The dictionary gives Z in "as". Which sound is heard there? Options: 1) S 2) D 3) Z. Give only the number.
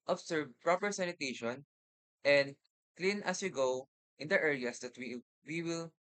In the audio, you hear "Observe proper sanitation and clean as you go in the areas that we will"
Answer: 1